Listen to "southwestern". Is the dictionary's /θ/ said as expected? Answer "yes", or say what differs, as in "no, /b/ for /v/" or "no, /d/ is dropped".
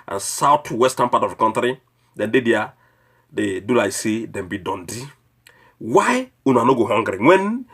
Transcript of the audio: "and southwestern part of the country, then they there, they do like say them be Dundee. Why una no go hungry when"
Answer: no, /t/ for /θ/